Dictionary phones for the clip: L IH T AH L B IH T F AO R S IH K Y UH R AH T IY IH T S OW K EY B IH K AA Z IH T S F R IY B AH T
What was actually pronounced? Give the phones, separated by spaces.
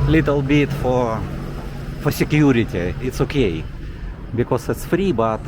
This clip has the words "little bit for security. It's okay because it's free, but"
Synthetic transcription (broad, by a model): L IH T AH L B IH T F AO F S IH K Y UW R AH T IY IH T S OW K EY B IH K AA S IH T S F R IY B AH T